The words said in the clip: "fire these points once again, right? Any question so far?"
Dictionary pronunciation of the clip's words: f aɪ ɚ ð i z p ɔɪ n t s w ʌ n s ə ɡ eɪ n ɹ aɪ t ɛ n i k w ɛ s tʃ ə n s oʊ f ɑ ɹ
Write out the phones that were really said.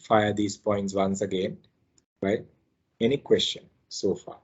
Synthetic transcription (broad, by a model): f aɪ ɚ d i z p ɔɪ n t s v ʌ n s ə ɡ eɪ n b aɪ ɛ n i k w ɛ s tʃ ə n s oʊ f ɑ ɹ